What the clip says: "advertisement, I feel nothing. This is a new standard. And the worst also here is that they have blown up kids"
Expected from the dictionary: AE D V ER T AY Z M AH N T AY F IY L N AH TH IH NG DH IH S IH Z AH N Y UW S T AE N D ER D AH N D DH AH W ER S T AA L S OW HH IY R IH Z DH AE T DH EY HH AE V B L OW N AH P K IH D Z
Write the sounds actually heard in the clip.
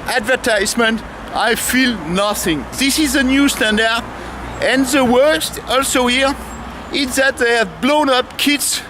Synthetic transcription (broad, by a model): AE D V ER T AY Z M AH N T AY F IY L N AH TH IH NG DH IH S IH Z AH N Y UW S T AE N D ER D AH N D DH AH W ER S T AA L S OW HH IY R IH Z DH AE T DH EY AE V B L OW N AH P K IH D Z